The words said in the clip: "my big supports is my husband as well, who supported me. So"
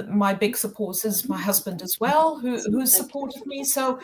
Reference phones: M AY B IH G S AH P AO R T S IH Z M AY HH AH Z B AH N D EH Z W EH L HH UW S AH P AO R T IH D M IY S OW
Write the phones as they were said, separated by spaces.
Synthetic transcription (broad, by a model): M AY B IH G S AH P AO R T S IH Z M AY HH AH Z B AH N D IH Z W EH L HH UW S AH P AO R T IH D M IY S OW